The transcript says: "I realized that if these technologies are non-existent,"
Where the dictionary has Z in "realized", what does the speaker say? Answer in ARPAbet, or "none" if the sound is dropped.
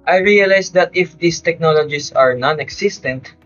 S